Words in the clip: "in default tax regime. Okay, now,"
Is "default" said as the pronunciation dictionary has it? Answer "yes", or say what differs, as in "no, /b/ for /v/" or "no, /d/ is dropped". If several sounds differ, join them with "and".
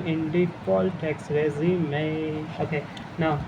no, /p/ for /f/